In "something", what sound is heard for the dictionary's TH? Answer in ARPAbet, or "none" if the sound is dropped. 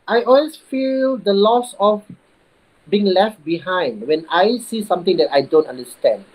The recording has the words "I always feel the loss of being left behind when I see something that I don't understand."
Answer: T